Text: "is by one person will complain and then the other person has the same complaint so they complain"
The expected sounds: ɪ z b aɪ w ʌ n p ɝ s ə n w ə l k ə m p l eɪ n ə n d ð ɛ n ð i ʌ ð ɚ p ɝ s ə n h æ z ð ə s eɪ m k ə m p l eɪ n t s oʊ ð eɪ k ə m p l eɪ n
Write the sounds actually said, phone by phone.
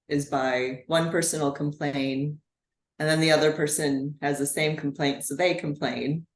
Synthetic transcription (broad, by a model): ɪ z b aɪ w ʌ n p ɝ s ə n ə l k ə m p l eɪ n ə n ð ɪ n ð i ʌ ð ɚ p ɝ s ə n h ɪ z ð ə s eɪ m k m p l eɪ n t s oʊ ð eɪ k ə m p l eɪ n